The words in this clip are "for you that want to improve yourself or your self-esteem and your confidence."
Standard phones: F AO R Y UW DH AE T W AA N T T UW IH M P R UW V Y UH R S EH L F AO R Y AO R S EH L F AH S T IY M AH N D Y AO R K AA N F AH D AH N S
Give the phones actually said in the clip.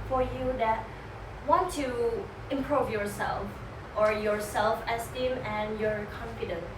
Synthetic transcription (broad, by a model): F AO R Y UW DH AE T W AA N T T UW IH M P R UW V Y UH R S EH L F AO R Y AO R S EH L F AH S T IY M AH N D Y AO R K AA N F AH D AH N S